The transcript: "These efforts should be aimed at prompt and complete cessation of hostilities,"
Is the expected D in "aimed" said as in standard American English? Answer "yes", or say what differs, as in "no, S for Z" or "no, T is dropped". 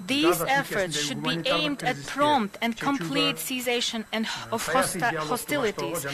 yes